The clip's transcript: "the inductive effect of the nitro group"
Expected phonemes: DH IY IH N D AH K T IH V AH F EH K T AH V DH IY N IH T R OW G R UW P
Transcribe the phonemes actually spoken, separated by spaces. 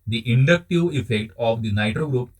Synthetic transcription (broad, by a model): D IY IH N D AH K T IH V AH F EH K T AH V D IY N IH T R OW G R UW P